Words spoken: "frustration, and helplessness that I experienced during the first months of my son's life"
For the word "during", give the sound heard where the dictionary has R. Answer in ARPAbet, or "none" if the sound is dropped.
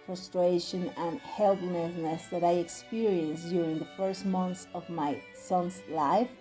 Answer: R